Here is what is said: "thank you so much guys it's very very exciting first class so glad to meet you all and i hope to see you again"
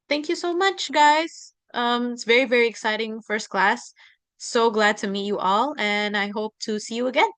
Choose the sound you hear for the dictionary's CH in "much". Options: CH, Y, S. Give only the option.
CH